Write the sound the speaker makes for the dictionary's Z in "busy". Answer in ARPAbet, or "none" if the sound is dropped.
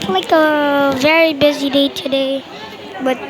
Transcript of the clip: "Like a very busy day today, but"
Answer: Z